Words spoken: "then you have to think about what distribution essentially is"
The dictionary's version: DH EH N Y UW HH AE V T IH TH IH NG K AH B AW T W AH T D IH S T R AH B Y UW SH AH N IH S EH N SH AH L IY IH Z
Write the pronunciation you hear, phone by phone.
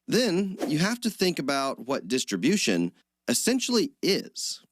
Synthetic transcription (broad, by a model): DH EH N Y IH HH AE F T IH TH IH NG K AH B AW T W AH T D IH S T R AH B Y UW SH AH N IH S EH N SH L IY IH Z